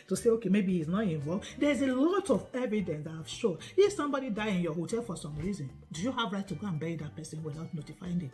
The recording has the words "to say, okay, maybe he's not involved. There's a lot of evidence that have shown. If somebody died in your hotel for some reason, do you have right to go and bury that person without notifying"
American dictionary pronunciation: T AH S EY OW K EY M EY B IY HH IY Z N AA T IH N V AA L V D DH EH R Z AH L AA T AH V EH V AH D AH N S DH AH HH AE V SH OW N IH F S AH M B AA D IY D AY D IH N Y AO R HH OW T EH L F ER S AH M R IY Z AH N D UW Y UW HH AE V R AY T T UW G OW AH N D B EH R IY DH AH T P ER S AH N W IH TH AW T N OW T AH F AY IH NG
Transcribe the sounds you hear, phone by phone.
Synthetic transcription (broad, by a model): T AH S EY OW K EY M EY B IY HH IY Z N AA T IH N V AA L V D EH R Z AH L AA T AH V EH V AH D AH N S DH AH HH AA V SH OW N IH F S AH M B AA D IY D AY IH N Y AO HH OW T EH L F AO S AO M R IY Z AH N D UW Y UW HH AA V R AY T T UW G OW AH N B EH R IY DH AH T P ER S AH N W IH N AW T N OW T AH F AY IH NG